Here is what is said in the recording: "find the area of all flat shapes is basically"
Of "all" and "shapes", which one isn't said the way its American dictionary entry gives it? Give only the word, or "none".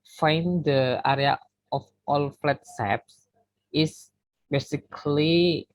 shapes